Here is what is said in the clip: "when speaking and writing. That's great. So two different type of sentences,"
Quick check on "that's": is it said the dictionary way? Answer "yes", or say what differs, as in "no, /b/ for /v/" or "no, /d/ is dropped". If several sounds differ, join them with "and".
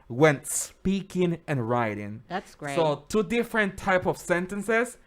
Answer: no, /s/ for /t/